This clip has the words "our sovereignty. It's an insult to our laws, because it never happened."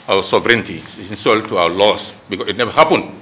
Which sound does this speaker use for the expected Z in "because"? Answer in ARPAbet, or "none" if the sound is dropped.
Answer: none